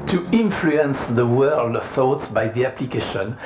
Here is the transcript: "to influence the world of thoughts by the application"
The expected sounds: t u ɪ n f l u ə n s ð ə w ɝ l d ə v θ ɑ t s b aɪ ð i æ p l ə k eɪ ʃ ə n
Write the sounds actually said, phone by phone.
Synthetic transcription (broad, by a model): t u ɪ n f l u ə n s ð ə w ɝ l d ə v θ ɑ t s b aɪ ð i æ p l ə k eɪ ʃ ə n